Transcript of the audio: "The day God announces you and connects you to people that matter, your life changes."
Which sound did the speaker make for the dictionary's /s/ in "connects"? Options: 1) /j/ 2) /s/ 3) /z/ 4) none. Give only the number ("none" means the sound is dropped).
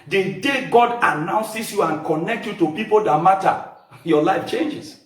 4